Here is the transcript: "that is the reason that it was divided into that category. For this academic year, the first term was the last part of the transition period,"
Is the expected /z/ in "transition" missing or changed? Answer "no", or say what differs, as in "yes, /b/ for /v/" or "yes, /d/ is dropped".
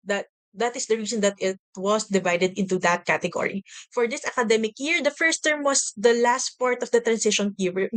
yes, /s/ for /z/